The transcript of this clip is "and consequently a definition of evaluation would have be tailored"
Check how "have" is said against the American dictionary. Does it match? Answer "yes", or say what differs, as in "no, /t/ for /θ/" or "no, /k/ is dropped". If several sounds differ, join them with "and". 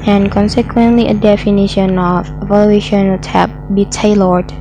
no, /p/ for /v/